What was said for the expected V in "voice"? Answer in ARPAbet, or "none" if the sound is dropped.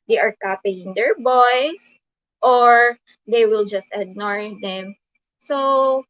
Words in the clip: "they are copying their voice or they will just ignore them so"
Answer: B